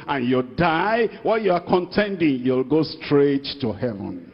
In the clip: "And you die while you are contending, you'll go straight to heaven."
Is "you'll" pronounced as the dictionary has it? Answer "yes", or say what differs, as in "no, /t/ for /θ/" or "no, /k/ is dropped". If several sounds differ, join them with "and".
yes